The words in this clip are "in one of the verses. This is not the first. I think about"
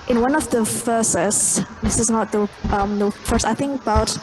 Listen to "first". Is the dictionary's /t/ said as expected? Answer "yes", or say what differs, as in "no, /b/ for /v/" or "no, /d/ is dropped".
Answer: no, /t/ is dropped